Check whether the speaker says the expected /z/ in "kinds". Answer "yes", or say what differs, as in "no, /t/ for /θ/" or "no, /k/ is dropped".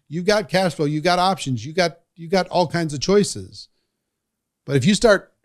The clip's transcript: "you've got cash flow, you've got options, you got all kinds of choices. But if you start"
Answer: yes